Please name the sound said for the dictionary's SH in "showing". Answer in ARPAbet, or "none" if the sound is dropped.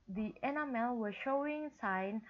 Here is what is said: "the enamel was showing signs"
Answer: SH